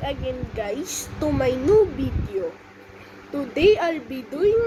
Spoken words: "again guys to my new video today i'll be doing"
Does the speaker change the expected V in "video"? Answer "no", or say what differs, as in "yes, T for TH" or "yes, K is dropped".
yes, B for V